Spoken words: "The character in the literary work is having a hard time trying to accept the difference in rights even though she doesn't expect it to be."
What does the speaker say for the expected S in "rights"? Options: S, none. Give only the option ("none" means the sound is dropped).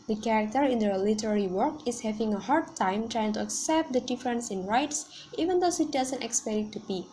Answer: S